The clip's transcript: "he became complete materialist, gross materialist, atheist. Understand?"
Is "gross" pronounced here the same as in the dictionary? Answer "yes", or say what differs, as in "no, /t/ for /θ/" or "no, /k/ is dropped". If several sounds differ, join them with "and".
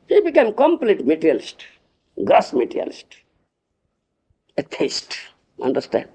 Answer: no, /ɹ/ is dropped